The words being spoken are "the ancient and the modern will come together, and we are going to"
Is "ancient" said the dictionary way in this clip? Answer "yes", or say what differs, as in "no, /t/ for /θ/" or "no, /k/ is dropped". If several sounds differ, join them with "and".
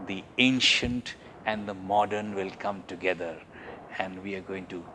yes